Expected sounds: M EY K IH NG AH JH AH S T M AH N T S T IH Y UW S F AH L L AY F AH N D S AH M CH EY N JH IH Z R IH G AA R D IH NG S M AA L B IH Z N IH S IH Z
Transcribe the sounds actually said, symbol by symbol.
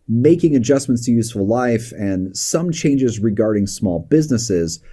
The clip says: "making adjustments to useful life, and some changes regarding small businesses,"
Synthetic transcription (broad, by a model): M EY K IH NG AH JH AH S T M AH N T S T IH Y UW S F AH L L AY F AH N S AH M CH EY N JH IH Z R IH G AA R D IH NG S M AA L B IH Z N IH S IH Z